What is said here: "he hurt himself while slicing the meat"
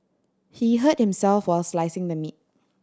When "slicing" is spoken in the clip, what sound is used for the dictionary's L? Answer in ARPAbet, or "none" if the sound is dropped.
L